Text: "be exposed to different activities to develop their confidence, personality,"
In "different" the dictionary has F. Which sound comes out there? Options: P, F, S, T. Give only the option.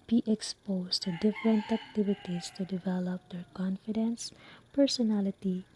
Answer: F